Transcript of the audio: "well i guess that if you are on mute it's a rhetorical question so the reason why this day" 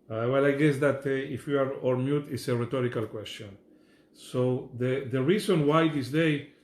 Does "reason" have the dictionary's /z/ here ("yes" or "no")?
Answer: no